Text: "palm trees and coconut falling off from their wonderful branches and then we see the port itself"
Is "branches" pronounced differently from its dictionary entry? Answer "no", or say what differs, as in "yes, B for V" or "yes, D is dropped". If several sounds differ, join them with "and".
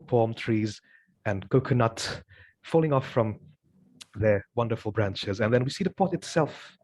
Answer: no